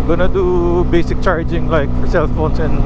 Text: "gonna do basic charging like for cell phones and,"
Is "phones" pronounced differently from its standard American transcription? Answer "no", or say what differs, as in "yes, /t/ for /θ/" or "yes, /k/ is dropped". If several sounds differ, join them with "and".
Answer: yes, /s/ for /z/